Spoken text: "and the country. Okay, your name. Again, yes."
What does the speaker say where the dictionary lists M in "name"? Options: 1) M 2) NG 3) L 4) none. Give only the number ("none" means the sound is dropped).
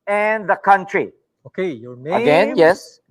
4